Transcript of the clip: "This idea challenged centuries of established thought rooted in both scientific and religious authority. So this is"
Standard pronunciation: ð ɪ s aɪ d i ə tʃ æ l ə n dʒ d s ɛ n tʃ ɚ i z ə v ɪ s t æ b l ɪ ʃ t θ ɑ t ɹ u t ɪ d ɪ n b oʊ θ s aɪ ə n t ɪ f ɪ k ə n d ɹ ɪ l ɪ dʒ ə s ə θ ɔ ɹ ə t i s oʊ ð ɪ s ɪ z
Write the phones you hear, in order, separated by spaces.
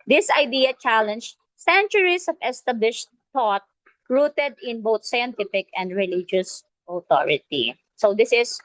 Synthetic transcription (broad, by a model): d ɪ s aɪ d i ə tʃ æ l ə n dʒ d s ɛ n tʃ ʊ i s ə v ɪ s t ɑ b l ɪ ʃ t t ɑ t ɹ u t ɪ d ɪ n b oʊ t s aɪ ə n t ɪ f ɪ k ə n d ɹ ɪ l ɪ dʒ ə s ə t ɔ ɹ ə t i s oʊ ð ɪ s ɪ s